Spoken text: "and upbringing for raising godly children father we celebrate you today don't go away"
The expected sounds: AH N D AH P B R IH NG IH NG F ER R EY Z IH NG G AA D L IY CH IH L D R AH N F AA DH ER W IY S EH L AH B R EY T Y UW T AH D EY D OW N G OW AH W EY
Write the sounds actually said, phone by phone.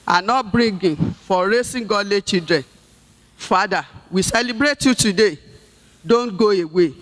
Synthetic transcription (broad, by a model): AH N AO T B R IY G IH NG F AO R EY S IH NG G AA D L IY CH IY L D R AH N F AA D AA W IY S EH L AH B R EY T Y UW T AH D EY D OW N G OW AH W EY